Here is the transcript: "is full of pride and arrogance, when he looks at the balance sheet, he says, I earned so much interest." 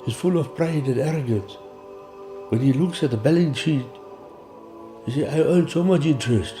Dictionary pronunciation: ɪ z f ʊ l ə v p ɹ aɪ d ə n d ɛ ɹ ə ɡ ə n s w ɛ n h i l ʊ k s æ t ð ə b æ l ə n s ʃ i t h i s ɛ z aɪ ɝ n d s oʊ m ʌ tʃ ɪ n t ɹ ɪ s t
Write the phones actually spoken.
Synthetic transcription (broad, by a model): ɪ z f ʊ l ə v p ɹ aɪ d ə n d ɛ ɹ ə ɡ ə n s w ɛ n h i l ʊ k s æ t ð ə b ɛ l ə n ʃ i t h i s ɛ aɪ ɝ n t s oʊ m ʌ tʃ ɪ n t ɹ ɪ s t